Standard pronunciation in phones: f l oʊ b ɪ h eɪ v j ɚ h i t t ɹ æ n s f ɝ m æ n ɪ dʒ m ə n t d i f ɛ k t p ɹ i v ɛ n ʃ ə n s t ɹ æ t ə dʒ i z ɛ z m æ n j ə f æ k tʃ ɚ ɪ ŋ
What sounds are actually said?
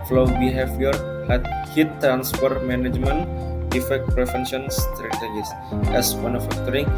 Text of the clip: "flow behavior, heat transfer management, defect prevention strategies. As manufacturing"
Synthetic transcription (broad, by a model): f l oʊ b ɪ h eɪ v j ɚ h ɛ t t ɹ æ n s p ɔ m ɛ n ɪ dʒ m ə n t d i f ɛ k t p ɹ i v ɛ n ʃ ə n s t ɹ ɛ t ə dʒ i s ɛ s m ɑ n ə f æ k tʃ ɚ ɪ ŋ